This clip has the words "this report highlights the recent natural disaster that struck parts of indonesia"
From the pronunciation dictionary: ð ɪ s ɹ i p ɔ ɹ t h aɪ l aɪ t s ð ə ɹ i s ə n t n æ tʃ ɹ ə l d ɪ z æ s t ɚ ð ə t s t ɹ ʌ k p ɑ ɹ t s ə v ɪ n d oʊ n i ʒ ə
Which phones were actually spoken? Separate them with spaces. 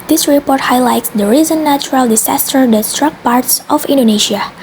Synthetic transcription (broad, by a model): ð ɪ s ɹ i p ɔ ɹ t h aɪ l aɪ t s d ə ɹ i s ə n n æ tʃ ɹ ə l d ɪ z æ s t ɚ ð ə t s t ɹ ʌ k p ɑ ɹ t s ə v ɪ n d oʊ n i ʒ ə